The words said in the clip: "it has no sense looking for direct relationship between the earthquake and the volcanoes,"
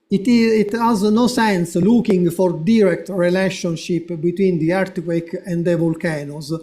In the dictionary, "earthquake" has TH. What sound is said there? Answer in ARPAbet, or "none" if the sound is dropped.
T